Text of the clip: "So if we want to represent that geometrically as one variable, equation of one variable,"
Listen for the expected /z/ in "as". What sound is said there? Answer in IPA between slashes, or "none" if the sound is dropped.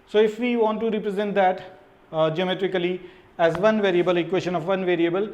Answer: /z/